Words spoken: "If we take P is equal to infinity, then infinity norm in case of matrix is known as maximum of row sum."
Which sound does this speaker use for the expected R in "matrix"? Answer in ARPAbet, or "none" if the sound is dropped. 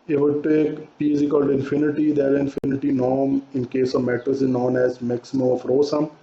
none